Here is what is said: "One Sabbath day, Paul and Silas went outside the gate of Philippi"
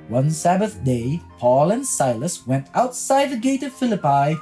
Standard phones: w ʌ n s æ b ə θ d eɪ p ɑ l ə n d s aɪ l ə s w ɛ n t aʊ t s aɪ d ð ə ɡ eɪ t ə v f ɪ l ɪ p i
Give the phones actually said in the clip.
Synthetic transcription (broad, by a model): w ʌ n s æ b ə θ d eɪ p ɑ l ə n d s aɪ l ə s w ɛ n t aʊ t s aɪ d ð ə ɡ eɪ t ə v f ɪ l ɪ p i